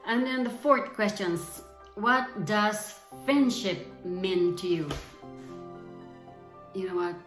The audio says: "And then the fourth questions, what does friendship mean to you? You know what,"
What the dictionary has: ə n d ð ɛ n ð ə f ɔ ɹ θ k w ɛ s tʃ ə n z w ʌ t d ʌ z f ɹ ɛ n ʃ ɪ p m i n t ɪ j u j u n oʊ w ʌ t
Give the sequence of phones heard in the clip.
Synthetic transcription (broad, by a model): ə n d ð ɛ n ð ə f ɔ ɹ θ k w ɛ s tʃ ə n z w ʌ t d ʌ z f ɹ ɛ n ʃ ɪ p m i n t ɪ j u j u n oʊ w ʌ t